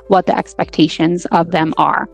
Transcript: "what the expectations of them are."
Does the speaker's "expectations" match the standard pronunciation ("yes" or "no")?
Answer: yes